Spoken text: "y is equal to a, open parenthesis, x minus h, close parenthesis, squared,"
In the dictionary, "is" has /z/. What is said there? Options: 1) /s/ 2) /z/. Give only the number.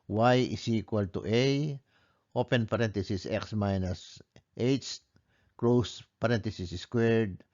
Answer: 1